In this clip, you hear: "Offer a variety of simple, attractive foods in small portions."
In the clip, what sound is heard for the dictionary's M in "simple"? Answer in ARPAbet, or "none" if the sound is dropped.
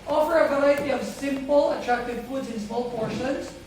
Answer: M